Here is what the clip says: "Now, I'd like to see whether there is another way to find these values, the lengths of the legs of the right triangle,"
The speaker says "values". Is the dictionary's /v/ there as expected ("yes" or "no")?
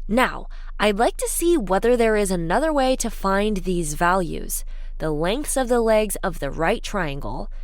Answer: yes